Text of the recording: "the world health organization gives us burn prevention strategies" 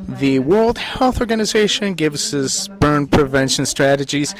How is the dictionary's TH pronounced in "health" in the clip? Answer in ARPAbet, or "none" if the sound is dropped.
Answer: TH